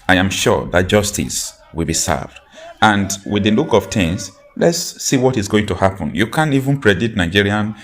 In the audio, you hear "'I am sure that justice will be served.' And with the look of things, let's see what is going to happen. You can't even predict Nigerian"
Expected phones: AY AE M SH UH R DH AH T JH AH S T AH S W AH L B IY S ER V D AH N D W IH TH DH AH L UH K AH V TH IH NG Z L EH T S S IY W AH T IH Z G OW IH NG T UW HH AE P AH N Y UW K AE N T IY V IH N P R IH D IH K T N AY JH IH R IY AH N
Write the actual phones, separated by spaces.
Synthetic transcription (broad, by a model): AY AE M SH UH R DH AH T JH AH S T AH S W AH L B IY S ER V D AH N D W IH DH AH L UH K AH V T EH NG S L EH T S S IY W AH T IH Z G OW IH NG T UW HH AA P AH N Y UW K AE N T IY V IH N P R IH D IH T N AY JH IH R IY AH N